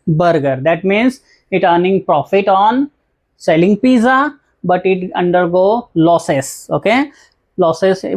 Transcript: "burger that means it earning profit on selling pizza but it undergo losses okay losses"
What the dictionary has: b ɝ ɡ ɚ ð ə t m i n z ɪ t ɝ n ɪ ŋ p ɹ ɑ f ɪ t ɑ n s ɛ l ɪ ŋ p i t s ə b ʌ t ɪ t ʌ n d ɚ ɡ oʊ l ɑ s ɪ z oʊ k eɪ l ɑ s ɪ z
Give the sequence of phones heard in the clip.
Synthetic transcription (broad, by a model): b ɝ ɡ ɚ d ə t m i n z ɪ t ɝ n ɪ ŋ p ɹ ɑ f ɪ t ɑ n s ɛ l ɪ ŋ p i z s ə b ʌ t ɪ t ʌ n d ɚ ɡ oʊ l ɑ s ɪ s oʊ k eɪ l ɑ s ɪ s